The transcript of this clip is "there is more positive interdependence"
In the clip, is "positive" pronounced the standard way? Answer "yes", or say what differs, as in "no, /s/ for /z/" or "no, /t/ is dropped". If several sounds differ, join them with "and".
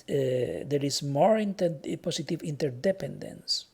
no, /s/ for /z/